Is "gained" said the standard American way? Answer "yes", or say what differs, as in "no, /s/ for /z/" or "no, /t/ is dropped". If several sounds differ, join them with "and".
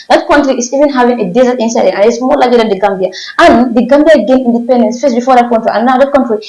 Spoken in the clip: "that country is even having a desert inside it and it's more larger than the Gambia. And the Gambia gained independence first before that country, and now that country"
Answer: no, /d/ is dropped